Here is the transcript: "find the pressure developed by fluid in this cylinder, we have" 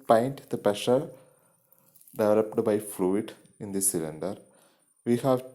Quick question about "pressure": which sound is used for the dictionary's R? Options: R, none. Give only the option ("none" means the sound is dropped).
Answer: none